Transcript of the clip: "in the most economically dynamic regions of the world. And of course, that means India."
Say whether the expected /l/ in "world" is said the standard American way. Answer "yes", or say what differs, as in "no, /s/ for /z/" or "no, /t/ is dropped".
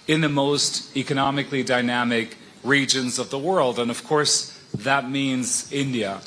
yes